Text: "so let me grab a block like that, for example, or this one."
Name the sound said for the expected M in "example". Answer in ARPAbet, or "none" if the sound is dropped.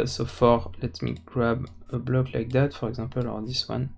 none